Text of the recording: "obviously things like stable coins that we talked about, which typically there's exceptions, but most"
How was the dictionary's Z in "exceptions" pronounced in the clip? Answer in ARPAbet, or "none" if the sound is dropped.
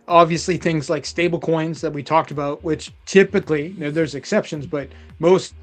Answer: Z